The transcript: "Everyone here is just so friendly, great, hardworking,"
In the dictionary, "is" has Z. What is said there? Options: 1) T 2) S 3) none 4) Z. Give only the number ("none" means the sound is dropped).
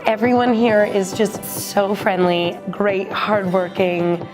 4